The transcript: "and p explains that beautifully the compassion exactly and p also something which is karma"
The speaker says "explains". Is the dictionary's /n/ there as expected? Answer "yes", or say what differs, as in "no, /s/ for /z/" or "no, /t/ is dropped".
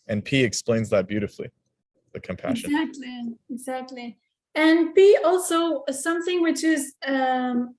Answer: yes